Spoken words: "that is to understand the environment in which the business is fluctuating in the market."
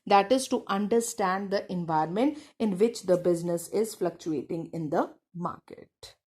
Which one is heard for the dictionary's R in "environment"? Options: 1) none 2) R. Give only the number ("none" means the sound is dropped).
1